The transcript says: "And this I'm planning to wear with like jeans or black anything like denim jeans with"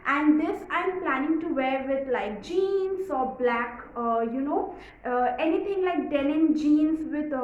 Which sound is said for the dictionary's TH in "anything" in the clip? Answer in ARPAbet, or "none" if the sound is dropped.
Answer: T